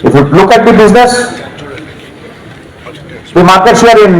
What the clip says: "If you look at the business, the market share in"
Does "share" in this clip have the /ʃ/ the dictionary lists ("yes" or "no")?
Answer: no